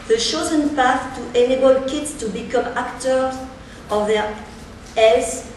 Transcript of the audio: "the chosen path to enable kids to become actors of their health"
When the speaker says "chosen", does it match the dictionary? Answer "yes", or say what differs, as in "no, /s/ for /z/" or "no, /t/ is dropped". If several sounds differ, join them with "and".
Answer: no, /ʃ/ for /tʃ/